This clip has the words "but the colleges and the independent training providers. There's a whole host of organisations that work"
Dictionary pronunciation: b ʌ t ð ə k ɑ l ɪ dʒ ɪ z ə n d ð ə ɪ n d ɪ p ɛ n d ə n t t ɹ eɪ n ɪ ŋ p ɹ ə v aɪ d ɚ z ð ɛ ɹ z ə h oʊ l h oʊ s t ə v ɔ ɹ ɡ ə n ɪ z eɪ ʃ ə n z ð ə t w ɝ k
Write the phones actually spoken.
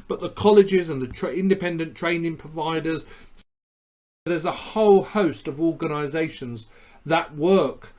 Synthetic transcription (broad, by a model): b ʌ t ð ə k ɑ l ɪ dʒ ɪ z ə n ð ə ɪ n d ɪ p ɛ n d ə n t t ɹ eɪ n ɪ ŋ p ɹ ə v aɪ d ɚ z ð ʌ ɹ z ə h oʊ l h oʊ s t ə v ɔ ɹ ɡ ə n ɪ z eɪ ʃ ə n z ð ə t w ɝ k